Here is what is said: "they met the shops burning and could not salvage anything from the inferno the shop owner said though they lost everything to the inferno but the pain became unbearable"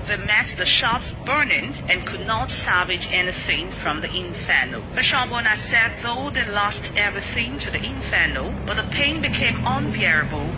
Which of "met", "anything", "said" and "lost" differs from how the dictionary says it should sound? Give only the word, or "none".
none